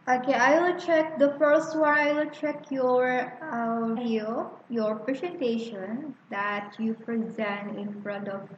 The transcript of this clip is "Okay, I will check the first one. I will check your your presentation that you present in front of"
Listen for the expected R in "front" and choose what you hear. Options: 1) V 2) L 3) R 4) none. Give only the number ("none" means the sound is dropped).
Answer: 3